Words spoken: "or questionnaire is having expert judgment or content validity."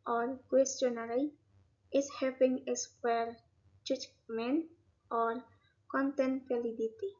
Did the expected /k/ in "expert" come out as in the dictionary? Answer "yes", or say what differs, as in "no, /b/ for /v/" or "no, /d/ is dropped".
no, /k/ is dropped